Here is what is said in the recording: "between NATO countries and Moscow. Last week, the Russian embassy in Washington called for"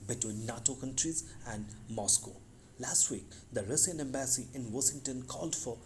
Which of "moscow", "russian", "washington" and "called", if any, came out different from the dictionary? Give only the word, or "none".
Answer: russian